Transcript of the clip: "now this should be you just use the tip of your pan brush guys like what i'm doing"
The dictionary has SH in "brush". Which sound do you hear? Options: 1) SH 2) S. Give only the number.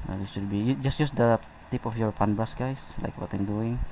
2